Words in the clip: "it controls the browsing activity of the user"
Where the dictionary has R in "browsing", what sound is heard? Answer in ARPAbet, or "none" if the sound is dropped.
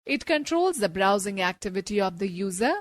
R